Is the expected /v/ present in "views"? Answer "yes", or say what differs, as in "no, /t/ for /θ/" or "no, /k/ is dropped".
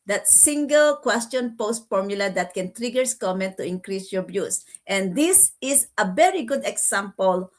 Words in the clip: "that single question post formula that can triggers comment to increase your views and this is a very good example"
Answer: no, /b/ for /v/